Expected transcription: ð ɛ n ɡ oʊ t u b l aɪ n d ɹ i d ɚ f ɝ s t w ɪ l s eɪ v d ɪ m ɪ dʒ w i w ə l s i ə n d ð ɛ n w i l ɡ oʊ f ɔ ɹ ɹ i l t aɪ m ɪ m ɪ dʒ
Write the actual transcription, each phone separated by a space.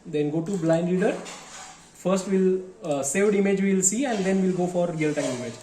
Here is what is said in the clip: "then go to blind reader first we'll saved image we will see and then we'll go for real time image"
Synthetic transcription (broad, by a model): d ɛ n ɡ oʊ t u b l aɪ n d l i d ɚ f ɝ s t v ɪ l s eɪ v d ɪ m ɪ dʒ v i l s i ə n d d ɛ n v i l ɡ oʊ f ɔ ɹ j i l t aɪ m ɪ m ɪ dʒ